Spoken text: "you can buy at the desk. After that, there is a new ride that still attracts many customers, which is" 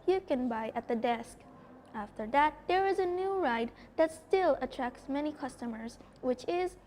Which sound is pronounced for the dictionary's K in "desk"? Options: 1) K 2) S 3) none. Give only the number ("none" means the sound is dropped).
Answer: 1